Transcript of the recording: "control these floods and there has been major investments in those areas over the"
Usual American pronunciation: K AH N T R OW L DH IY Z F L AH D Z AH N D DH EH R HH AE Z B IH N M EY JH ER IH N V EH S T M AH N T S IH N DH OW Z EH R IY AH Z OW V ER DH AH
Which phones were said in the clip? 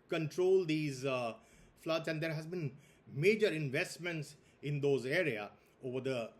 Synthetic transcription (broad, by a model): K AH N T R OW L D IY Z F L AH D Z AH N D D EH R HH AE Z B IH N M EY JH ER IH N V EH S T M AH N T S IH N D OW Z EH R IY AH OW V ER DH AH